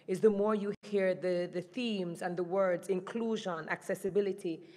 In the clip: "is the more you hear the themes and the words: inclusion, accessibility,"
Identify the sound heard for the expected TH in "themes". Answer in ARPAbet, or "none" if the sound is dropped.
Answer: TH